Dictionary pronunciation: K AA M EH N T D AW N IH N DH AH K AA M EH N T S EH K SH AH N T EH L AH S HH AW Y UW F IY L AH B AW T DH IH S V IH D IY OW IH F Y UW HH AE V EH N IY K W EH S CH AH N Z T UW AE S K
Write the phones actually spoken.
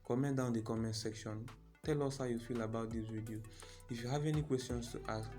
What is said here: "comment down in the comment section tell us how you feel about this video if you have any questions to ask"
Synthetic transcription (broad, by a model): K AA M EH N D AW IH N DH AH K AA M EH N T S EH K SH AH N T EH L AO S HH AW Y UW F IY L AH B AW T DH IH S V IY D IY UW IH F Y UW HH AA V EH N IY K W EH S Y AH N S T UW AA S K